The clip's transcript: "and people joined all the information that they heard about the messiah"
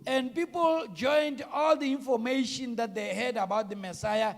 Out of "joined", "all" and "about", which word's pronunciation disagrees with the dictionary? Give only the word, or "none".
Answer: none